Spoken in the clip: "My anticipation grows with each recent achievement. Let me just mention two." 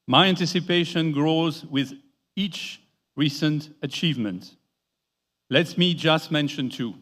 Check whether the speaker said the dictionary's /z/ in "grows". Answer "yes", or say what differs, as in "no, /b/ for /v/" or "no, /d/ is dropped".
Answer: yes